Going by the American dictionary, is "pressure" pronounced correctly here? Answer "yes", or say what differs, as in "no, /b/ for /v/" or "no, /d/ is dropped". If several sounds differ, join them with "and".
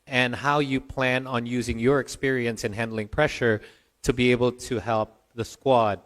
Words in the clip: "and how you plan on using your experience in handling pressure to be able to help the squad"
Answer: yes